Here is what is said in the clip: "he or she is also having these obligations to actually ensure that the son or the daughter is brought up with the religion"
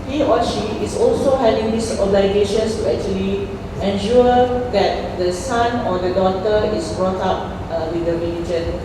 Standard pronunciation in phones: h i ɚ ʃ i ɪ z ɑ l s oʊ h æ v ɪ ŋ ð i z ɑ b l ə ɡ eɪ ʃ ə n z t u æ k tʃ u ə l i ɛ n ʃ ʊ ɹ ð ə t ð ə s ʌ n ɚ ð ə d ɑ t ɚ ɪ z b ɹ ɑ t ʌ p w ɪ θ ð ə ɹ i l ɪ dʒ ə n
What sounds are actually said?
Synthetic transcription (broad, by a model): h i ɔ ʃ i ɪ s ɑ l s oʊ h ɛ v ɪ ŋ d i s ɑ b l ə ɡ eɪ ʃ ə n s t u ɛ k tʃ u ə l i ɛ n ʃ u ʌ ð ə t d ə s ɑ n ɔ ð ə d ɑ t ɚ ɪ s b ɹ ɑ t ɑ p w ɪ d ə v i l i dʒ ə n